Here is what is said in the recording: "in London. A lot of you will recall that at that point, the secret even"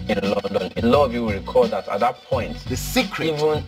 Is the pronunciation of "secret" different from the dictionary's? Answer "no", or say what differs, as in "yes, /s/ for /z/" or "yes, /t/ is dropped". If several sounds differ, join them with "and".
yes, /t/ is dropped